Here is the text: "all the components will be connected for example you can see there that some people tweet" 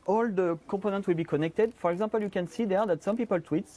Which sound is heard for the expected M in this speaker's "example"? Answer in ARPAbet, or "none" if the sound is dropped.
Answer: none